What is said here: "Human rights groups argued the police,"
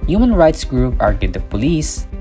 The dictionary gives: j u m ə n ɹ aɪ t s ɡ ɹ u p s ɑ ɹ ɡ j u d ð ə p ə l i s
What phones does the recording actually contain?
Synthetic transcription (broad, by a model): j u m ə n ɹ aɪ t s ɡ ɹ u p ɑ ɹ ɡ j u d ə p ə l i s